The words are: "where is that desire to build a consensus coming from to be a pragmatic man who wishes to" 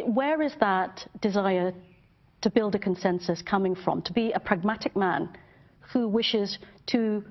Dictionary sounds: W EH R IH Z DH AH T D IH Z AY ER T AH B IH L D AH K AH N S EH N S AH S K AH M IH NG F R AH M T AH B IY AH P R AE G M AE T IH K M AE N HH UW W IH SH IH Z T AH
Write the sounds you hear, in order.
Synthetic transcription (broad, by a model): W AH R IH Z DH AH T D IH Z AY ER T AH B IH L D AH K AH N S EH N S AH S K AH M IH NG F R AH M T AH B IY AH P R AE G M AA T IH K M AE N HH UW W IH SH IH Z T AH